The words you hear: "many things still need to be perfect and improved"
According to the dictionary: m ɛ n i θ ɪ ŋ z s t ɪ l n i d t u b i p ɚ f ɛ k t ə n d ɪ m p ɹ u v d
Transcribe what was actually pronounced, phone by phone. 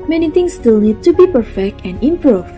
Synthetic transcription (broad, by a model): m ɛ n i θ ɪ ŋ s t ɪ l n i d t u b i p ɚ f ɛ k t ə n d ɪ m p ɹ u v